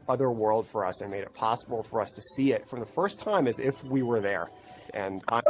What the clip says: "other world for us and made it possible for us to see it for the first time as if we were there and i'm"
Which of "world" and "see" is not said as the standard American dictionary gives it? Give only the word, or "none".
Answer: none